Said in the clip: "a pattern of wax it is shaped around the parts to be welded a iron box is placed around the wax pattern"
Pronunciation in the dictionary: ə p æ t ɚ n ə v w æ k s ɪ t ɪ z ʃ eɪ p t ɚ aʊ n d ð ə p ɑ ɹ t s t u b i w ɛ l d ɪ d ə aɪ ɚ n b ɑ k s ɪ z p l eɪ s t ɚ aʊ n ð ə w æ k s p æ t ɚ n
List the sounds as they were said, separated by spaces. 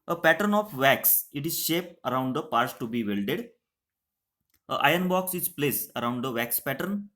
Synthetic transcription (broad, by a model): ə p æ t ɚ n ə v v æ k s ɪ t ɪ z ʃ eɪ p ɚ aʊ n d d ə p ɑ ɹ t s t u b i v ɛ l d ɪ d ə aɪ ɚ n b ɑ k s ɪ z p l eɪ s ɚ aʊ n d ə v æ k s p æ t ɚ n